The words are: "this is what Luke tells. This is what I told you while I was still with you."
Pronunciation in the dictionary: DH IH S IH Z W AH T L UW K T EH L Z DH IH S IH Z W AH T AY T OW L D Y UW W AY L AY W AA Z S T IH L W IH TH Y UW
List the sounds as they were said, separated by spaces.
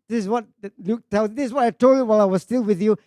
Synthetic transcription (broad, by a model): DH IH S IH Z W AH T L UW K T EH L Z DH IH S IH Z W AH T AY T OW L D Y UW W AY L AY W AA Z S T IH L W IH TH Y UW